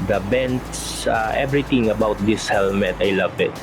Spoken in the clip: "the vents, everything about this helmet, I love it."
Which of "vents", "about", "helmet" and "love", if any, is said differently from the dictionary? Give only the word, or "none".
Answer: vents